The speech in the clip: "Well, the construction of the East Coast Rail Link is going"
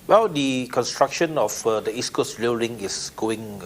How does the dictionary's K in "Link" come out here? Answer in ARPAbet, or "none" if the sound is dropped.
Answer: none